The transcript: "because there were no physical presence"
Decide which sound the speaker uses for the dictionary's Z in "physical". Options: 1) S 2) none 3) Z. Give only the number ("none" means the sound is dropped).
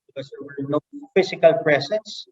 1